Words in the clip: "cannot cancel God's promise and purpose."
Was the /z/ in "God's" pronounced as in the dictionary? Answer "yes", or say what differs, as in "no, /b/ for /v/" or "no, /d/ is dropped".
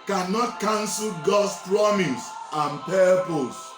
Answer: no, /s/ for /z/